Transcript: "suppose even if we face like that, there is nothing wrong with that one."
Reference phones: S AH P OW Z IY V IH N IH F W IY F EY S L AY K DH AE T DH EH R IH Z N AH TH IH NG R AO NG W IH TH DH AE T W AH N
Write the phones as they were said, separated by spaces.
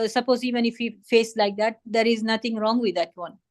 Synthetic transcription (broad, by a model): S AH P OW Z IY V IH N IH F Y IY F EY S L AY K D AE T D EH R IH Z N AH T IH NG R AO NG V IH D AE T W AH N